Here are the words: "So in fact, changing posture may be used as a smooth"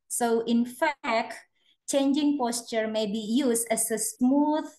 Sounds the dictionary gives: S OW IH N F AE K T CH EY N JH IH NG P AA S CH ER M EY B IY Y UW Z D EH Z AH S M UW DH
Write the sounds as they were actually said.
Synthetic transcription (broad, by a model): S OW IH N F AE K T CH EY N JH IH NG P AA S CH ER M EY B IY Y UW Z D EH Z AH S M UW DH